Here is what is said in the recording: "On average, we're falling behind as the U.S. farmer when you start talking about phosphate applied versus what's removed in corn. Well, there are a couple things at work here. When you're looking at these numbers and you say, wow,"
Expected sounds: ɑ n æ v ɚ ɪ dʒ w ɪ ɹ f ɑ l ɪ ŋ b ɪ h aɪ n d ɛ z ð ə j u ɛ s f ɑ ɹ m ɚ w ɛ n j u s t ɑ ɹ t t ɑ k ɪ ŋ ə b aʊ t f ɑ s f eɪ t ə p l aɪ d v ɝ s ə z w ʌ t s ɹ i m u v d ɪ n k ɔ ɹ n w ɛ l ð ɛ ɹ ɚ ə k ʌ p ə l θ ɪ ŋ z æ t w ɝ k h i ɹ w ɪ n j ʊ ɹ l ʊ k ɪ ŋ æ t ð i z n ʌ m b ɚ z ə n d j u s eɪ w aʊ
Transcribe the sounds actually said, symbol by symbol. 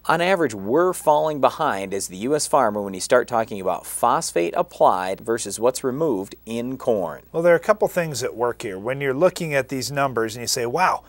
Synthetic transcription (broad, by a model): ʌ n æ v ɚ ɪ dʒ w ɪ ɹ f ɑ l ɪ ŋ b ɪ h aɪ n d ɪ z ð ə j u ɛ s f ɑ ɹ m ɚ w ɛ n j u s t ɑ ɹ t t ɑ k ɪ ŋ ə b aʊ t f ɑ s f eɪ t ə p l aɪ d v ɝ s ə z w ʌ t s ɹ i m u v d ɪ n k ɔ ɹ n w ɛ l ð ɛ ɹ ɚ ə k ʌ p l θ ɪ ŋ z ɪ t w ɝ k h i ɹ w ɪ n j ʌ ɹ l ʊ k ɪ ŋ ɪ t ð i z n ʌ m b ɚ z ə n j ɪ s eɪ w aʊ